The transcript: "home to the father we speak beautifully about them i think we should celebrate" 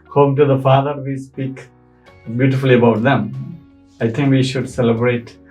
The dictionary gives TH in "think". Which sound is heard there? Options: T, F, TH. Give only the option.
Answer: T